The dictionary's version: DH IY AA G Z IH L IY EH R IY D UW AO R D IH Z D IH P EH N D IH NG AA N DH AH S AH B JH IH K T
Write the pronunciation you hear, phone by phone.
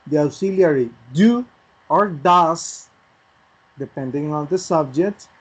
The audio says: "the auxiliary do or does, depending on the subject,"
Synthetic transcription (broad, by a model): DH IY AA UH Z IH L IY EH R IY D UW AO R D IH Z D IH P EH N D IH NG AA N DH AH S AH B JH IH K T